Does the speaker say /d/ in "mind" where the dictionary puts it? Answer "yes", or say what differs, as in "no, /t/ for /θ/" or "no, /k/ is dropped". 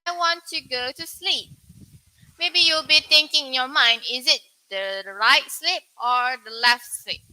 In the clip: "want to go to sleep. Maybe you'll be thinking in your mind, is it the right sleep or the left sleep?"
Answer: yes